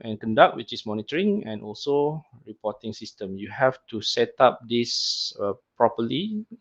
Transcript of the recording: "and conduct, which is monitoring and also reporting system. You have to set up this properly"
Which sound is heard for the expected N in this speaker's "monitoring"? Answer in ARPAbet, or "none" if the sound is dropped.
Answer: N